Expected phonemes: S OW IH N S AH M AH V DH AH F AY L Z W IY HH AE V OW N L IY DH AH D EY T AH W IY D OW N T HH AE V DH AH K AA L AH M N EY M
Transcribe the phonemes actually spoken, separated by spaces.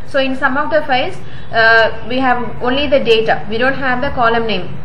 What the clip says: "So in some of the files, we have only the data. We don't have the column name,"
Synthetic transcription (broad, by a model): S OW IH N S AH M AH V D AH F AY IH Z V IY HH AE V OW N L IY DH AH D EY T AH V IY D OW N T HH AE V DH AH K AA L AH M N EY M